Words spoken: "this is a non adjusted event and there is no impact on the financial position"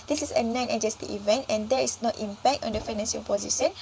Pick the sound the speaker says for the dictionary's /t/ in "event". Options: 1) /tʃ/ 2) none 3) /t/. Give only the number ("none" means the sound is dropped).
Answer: 3